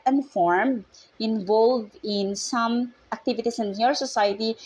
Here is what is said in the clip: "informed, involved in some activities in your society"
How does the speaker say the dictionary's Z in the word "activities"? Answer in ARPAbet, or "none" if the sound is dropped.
S